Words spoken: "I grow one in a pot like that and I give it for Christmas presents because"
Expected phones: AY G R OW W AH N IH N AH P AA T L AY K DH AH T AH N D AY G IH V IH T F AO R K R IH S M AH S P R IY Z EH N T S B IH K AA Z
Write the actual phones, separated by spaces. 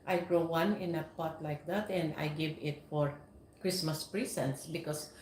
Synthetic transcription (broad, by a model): AY G R OW W AH N IH N AH P AA T L AY K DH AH T AH N D AY G IH V IH T F AO R K R IH S M AH S P R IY S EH N T S B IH K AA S